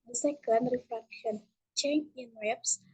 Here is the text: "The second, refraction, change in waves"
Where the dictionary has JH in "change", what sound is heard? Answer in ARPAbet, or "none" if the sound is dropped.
none